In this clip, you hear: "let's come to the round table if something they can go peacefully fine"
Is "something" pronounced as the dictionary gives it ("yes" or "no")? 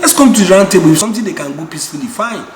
no